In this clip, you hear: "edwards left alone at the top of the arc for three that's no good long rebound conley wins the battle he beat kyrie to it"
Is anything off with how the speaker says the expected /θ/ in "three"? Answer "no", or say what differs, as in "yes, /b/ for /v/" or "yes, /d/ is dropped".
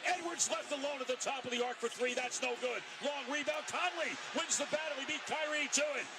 no